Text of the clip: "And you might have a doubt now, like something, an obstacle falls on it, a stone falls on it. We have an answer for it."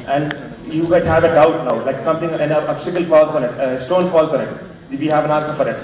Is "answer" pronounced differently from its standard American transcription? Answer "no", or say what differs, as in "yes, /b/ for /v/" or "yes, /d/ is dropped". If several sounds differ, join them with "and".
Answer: yes, /n/ is dropped